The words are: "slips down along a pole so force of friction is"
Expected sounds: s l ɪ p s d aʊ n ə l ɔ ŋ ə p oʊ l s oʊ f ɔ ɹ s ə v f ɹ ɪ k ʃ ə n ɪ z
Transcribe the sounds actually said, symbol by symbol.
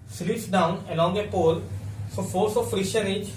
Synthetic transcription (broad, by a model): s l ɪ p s d aʊ n ə l ɔ ŋ ə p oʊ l s oʊ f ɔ l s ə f ɹ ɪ ʃ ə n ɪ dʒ